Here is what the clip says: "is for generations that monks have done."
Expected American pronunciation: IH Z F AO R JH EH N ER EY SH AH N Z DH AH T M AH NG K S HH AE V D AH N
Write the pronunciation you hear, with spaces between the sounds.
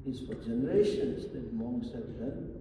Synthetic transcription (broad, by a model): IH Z F AO R JH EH N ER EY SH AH N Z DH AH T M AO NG S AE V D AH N